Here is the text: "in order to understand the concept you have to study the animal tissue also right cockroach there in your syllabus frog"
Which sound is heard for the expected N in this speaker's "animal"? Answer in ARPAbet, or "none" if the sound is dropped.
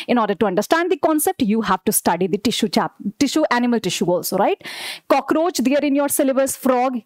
N